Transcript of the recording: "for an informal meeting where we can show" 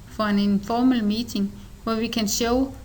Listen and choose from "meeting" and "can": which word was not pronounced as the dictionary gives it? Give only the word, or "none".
meeting